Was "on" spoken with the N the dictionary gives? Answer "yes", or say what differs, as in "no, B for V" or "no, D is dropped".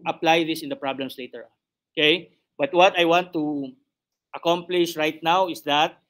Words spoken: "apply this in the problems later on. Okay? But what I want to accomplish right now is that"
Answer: yes